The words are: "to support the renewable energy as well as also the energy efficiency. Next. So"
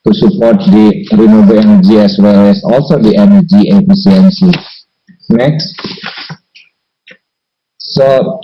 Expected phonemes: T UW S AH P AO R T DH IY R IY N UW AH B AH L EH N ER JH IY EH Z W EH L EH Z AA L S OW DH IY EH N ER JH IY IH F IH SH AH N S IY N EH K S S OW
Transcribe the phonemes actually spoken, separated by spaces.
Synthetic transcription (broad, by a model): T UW S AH P AO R T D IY R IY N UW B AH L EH N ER JH IY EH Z W EH L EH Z AA L S OW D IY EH N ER JH IY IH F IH S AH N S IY N EH K S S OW